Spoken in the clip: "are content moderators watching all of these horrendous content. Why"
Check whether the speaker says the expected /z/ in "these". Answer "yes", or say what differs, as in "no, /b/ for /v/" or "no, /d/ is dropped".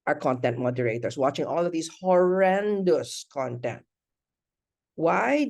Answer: no, /s/ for /z/